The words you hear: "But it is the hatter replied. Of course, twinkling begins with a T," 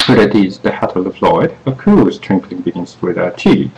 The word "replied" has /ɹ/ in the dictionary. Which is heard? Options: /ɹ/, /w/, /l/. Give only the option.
/l/